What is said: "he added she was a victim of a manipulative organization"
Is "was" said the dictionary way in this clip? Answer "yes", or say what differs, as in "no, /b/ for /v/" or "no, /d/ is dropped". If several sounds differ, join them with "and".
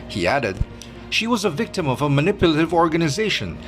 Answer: yes